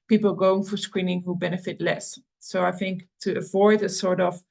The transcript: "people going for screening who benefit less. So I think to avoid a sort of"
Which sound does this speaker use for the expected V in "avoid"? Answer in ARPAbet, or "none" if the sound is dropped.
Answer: V